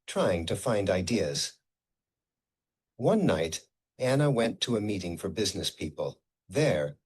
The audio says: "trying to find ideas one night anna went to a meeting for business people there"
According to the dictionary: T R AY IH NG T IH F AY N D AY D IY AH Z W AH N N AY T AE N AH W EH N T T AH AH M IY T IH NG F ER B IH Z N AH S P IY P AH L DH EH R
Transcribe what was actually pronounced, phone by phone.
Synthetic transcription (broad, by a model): T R AY IH NG T IH F AY N D AY D IY AH Z W AH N N AY T AE N AH W EH N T T AH AH M IY T IH NG F ER B IH Z N AH S P IY P AH L DH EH R